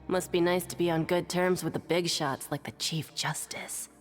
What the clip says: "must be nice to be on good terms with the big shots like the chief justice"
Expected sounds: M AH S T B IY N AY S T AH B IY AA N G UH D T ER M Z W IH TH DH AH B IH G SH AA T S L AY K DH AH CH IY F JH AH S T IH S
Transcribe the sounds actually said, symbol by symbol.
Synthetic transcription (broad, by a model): M AH S T B IY N AY S T AH B IY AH N G UH D T ER M Z W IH DH AH B IH G SH AA T S L AY K DH AH CH IY F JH AH S T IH S